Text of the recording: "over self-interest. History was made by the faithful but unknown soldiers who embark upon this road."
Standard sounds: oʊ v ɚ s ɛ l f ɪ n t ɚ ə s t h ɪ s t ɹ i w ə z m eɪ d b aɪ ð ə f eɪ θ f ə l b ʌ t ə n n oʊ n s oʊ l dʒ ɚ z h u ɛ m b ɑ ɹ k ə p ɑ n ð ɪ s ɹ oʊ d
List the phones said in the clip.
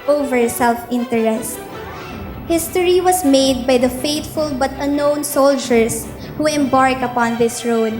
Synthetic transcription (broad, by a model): oʊ v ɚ s ɛ l f ɪ n t ɚ ə s t h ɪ s t ɹ i w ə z m eɪ d b aɪ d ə f eɪ t f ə l b ʌ t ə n n oʊ n s oʊ l dʒ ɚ s h u ɛ m b ɑ ɹ k ə p ɑ n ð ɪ s ɹ oʊ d